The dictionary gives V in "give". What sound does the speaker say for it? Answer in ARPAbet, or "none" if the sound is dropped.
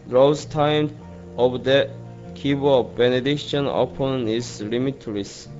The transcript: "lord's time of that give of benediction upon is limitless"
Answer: B